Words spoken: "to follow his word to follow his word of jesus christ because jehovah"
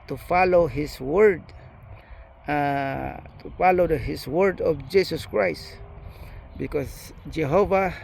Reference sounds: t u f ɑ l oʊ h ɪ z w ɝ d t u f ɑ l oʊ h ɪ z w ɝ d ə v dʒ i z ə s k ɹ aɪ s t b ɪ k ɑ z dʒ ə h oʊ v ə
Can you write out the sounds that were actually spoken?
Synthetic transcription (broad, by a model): t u f ɑ l oʊ h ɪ s w ɝ d t u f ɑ l oʊ h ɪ s w ɝ d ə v dʒ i s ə s k ɹ aɪ s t b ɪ k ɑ s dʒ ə h oʊ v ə